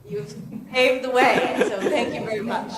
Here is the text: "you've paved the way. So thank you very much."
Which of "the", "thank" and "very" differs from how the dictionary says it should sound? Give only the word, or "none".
none